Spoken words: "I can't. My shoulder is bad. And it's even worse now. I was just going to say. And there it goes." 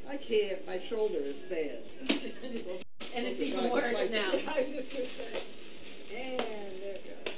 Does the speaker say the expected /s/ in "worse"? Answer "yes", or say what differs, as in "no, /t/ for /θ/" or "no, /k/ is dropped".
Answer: no, /s/ is dropped